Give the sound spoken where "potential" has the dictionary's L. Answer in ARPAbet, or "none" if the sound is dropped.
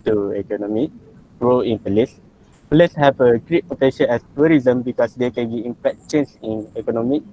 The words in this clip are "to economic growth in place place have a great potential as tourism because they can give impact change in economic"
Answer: N